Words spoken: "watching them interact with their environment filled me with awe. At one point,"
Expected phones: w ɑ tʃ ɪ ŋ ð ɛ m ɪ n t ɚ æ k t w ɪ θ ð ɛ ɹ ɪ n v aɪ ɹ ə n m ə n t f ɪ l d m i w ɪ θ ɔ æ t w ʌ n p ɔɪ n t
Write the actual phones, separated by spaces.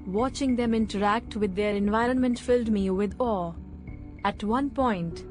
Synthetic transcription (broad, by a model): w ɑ tʃ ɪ ŋ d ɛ m ɪ n t ɚ æ k t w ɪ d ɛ ɹ ɪ n v aɪ ɹ ə n m ə n t f ɪ l d m i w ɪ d ɔ æ t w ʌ n p ɔɪ n t